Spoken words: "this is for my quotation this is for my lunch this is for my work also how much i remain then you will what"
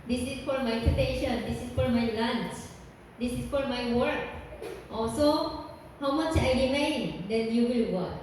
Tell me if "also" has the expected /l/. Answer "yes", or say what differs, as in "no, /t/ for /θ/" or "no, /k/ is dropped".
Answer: no, /l/ is dropped